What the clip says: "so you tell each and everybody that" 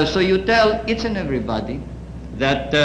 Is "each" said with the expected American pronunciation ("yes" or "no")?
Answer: no